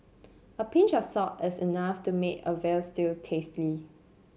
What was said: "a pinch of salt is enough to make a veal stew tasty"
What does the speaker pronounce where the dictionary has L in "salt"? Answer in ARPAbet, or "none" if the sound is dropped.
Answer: none